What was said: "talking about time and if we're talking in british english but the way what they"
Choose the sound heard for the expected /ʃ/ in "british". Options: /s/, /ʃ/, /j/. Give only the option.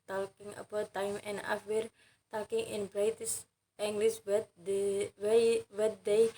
/s/